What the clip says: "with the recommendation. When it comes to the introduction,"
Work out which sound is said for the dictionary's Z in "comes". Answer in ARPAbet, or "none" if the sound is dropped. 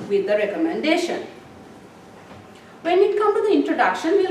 none